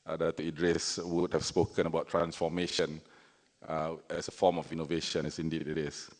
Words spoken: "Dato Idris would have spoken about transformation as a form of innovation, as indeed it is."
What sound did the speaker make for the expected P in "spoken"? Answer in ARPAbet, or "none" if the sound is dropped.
P